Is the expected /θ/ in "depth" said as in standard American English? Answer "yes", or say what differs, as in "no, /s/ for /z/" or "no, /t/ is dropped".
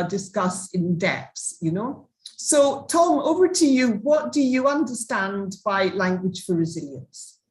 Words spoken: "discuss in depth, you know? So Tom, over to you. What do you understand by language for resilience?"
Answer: no, /s/ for /θ/